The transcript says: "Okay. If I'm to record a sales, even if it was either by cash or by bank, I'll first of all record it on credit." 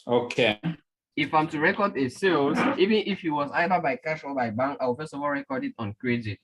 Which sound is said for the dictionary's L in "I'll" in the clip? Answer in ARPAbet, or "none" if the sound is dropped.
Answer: W